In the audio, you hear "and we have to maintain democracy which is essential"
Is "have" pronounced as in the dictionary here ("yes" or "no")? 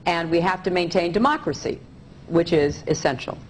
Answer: no